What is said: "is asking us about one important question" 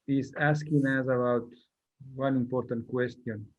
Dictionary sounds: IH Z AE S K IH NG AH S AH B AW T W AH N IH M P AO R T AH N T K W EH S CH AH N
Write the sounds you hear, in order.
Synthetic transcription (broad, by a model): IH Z AE S K IH NG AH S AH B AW T W AH N IH M P AO R T AH N T K W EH S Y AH N